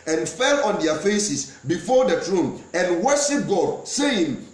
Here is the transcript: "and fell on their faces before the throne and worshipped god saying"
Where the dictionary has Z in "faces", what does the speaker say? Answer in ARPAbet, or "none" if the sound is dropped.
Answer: S